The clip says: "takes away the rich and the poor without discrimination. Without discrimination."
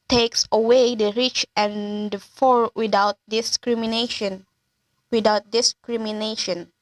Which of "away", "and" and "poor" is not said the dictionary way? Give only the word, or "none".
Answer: poor